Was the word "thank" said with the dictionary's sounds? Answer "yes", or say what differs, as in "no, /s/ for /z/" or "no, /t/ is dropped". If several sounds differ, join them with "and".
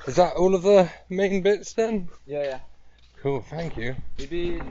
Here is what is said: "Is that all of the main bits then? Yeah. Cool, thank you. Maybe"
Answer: yes